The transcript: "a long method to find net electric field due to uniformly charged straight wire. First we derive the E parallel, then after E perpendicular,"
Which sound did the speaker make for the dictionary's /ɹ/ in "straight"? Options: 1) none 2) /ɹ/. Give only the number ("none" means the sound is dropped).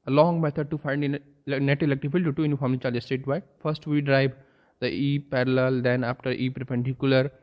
1